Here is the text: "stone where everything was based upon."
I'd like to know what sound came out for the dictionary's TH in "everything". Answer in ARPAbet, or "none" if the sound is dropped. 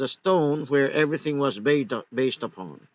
TH